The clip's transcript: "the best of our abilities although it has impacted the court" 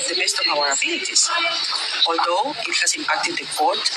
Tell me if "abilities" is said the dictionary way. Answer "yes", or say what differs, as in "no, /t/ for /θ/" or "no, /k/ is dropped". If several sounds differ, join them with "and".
no, /s/ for /z/